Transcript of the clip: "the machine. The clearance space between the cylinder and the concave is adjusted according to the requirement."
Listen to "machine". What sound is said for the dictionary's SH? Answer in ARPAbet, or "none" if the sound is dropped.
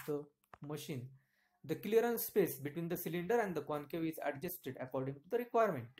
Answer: SH